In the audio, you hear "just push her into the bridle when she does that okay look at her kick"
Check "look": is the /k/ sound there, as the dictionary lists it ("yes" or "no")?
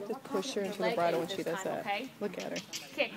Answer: yes